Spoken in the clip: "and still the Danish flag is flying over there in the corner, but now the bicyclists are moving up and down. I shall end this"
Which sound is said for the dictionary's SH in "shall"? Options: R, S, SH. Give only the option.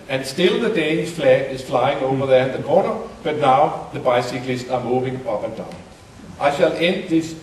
SH